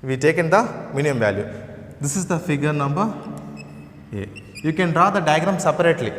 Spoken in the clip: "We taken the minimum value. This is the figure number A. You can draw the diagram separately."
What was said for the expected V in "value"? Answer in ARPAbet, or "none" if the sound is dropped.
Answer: V